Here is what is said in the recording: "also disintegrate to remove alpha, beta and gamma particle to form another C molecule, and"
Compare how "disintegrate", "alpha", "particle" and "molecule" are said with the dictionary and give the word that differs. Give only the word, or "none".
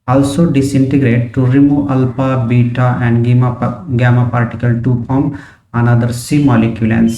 alpha